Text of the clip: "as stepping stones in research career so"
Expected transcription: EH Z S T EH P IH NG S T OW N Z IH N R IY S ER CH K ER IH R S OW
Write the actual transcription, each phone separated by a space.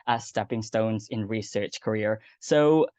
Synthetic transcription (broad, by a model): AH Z S T EH P IH NG S T OW N Z IH N R IY S ER CH K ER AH R S OW